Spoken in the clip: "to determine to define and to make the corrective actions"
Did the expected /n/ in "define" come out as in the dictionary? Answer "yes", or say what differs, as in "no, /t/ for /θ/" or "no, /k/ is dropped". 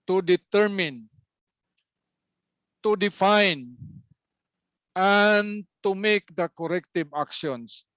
yes